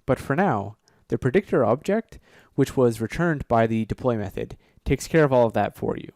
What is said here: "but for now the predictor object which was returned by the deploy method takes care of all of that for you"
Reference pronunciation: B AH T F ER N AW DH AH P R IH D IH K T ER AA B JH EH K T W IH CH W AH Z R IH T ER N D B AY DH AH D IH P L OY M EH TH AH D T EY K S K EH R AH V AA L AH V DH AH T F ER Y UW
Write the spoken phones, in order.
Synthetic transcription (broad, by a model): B AH T F ER N AW DH AH P R IH D IH K T ER AA B JH EH K T W IH CH W AH Z R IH T ER N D B AY DH AH D IH P L OY M EH TH AH D T EY K S K EH R AH V AA L AH V DH AH T F ER Y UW